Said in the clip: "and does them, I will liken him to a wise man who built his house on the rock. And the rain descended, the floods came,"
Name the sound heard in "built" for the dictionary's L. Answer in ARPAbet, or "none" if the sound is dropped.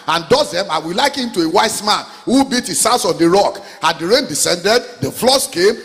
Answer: none